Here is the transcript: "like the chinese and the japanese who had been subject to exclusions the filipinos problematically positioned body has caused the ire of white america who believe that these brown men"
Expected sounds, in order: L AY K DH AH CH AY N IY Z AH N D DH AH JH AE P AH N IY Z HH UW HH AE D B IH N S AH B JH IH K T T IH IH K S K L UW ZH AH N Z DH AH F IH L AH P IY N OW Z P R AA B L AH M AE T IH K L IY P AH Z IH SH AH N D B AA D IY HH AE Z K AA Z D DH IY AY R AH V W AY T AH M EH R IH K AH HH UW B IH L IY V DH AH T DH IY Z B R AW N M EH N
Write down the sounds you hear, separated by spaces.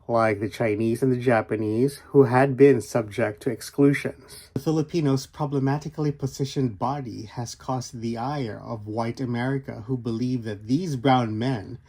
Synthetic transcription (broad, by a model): L AY K DH AH CH AY N IY Z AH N DH AH JH AE P AH N IY Z HH UW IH D B IH N S AH B JH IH K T T IH IH K S K L UW ZH AH N Z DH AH F IH L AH P IY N OW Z P R AA B L AH M AE T IH K L IY P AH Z IH SH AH N B AA D IY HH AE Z K AA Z DH IY AY R AH V W AY T AH M EH R IH K AH HH UW B IH L IY V DH AH T DH IY Z B R AW N M EH N